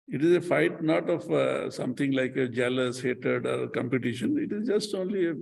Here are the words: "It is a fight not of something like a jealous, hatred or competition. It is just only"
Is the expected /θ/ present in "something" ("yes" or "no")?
no